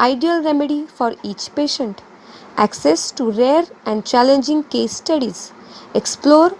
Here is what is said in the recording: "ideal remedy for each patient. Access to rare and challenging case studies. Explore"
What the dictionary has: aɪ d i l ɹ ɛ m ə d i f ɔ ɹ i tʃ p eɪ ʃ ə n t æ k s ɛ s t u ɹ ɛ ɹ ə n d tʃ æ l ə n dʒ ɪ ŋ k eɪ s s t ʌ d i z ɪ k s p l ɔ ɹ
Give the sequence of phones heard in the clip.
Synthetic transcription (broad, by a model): aɪ d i l ɹ ɛ m ə d i f ɔ ɹ i tʃ p eɪ ʃ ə n t æ k s ɛ s t u ɹ ɛ ɹ ə n d tʃ æ l ə n dʒ ɪ ŋ k eɪ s s t ʌ d i z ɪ k s p l ɔ ɹ